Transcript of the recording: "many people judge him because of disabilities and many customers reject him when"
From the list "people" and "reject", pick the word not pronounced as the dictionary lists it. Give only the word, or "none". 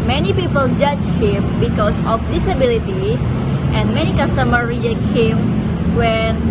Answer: reject